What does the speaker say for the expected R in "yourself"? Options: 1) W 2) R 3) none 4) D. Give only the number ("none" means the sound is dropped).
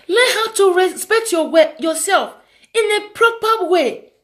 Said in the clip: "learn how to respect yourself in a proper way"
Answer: 1